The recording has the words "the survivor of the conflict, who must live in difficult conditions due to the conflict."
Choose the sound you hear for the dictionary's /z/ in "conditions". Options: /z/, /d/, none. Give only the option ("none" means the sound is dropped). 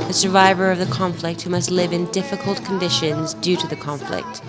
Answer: /z/